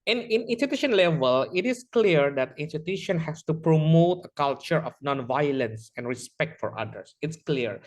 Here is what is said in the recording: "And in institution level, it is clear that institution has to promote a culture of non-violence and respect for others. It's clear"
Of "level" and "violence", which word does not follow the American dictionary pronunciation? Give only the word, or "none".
none